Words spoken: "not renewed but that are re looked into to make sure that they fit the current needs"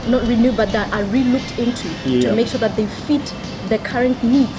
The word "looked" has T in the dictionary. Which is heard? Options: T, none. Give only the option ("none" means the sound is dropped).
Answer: T